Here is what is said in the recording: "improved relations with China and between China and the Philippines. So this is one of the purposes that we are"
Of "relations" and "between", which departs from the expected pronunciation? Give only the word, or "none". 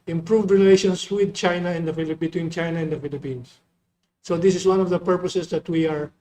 relations